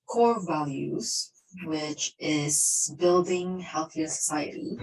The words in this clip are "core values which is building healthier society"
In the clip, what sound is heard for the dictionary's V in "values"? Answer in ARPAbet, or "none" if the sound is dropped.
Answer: V